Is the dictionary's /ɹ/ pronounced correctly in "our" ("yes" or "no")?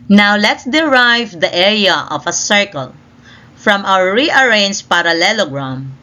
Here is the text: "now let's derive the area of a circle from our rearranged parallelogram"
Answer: no